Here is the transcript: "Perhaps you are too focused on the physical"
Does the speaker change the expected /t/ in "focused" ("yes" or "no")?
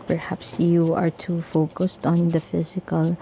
no